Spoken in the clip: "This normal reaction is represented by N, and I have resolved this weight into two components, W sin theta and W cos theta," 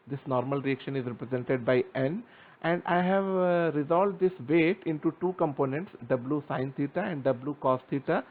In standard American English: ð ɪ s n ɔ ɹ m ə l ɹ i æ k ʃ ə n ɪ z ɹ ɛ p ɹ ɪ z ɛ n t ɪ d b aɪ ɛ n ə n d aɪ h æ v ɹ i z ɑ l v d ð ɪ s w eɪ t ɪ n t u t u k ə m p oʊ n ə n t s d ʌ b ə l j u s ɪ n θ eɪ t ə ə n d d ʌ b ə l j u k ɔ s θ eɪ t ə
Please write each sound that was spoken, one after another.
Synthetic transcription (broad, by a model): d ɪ s n ɔ ɹ m ə l ɹ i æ k ʃ ə n ɪ z ɹ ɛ p ɹ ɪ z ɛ n t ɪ d b aɪ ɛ n ə n d aɪ h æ v ɹ i z ɑ l v d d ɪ s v eɪ t ɪ n t u t u k ə m p oʊ n ə n t s d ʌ b l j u s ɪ n t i t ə ə n d d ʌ b l j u k ɔ s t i t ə